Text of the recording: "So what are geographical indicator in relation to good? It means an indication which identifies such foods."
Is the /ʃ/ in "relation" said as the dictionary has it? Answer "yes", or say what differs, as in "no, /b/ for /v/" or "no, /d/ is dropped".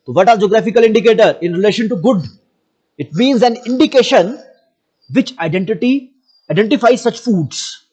yes